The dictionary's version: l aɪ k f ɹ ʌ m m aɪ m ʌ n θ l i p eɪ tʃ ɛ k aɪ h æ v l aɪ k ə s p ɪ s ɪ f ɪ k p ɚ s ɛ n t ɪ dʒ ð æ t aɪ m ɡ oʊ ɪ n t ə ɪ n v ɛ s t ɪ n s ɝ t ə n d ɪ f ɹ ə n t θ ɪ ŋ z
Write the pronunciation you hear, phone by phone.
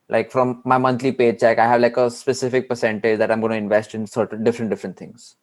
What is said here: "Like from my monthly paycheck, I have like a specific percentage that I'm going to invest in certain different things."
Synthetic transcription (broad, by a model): l aɪ k f ɹ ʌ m m aɪ m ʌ n t l i p eɪ tʃ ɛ k aɪ h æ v l aɪ k ə s p ɪ s ɪ f ɪ k p ɚ s ɛ n t ɪ dʒ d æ t aɪ m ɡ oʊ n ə ɪ n v ɛ s t ɪ n s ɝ t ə n d ɪ f ɹ ə n t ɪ ŋ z